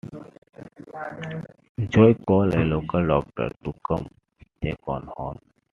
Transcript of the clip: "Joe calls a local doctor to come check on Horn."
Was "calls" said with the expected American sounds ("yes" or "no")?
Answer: no